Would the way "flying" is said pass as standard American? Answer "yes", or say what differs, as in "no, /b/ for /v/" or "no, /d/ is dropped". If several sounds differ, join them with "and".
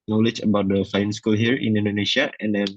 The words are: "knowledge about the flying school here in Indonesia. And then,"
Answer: no, /l/ is dropped